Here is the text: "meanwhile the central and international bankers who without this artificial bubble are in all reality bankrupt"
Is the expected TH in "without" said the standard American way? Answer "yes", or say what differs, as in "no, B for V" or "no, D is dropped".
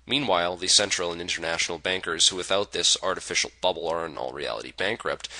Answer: yes